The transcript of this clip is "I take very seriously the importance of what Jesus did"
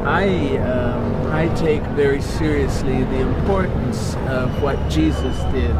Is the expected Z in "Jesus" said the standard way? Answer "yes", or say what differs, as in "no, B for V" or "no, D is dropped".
yes